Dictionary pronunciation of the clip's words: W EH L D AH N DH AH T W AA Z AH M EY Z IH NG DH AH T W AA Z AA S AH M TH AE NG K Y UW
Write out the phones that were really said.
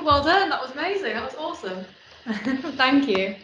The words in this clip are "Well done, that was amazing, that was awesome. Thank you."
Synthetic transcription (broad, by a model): W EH L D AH N DH AH T W AA Z AH M EY Z IH NG DH AH T W AA Z AA S AH M TH AE NG K Y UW